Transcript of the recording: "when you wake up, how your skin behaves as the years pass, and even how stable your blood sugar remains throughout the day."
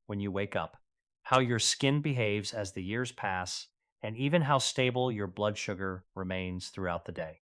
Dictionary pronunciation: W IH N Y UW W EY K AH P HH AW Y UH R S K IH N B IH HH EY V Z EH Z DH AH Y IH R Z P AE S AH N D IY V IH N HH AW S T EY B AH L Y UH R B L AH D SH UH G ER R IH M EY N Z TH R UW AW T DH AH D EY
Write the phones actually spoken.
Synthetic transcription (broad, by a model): W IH N Y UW W EY K AH P HH AW Y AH R S K IH N B IH HH EY V Z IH Z DH AH Y IH R Z P AE S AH N IY V IH N HH AW S T EY B L Y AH R B L AH D SH UH G ER R IH M EY N Z TH R UW AW T DH AH D EY